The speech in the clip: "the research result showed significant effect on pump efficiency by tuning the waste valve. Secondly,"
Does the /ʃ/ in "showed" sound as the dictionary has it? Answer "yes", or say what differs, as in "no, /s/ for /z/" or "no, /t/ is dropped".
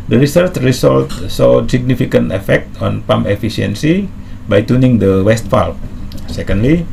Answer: no, /s/ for /ʃ/